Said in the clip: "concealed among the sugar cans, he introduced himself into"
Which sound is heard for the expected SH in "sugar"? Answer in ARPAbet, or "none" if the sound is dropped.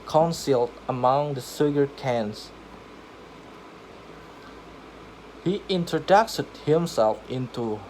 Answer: S